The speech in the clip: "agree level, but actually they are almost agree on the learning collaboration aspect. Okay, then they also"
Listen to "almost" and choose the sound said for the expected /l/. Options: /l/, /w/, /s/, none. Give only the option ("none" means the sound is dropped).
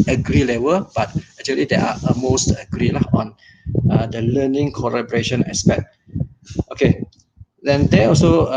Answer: none